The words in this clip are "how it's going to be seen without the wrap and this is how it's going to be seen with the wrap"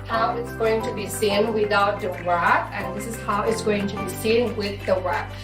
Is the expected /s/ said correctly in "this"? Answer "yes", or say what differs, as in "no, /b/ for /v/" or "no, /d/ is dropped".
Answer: yes